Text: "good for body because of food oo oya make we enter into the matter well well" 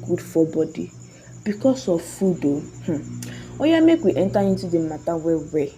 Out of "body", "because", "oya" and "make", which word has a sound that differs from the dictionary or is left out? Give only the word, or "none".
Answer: because